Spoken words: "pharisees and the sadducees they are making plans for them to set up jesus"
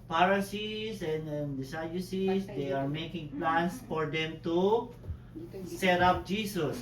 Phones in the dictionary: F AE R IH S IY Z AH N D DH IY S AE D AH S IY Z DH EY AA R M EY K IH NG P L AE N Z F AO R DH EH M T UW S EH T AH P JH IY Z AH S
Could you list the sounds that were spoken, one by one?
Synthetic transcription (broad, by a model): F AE R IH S IY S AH N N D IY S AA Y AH S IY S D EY AA R M EY K IH NG P L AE N S F AO R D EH M T UW S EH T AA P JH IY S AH S